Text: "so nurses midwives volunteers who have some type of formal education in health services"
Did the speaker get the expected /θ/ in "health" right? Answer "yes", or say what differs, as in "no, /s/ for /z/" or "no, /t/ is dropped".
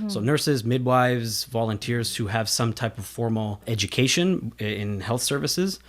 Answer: yes